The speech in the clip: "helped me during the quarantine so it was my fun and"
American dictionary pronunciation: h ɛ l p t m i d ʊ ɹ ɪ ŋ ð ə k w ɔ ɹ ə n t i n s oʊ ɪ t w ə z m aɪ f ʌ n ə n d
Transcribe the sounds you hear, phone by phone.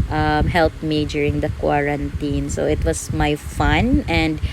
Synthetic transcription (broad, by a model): h ɛ l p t m i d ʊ ɹ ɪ ŋ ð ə k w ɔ ɹ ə n t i n s oʊ ɪ t w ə s m aɪ f ʌ n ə n d